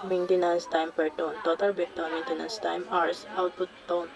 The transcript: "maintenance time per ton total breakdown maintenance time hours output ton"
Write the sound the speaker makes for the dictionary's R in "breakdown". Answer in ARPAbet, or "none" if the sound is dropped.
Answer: none